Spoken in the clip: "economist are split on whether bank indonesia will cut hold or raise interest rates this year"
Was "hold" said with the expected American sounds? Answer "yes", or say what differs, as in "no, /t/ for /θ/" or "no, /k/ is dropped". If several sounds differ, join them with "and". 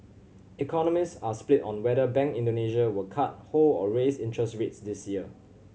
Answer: no, /d/ is dropped